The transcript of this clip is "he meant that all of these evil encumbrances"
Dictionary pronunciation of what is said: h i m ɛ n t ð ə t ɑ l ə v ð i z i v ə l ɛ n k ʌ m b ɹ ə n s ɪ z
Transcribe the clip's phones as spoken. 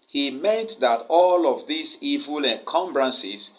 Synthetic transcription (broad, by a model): h i m ɛ n t ð ə t ɑ l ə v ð i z i v ə l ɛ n k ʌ m b ɹ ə n s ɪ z